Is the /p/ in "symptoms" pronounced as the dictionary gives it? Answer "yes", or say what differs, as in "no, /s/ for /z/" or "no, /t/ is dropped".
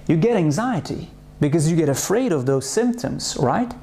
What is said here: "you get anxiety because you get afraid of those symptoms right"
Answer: yes